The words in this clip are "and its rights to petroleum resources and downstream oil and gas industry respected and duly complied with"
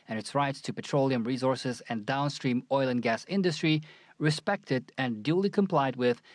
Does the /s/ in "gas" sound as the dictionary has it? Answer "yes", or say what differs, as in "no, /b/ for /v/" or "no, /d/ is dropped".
yes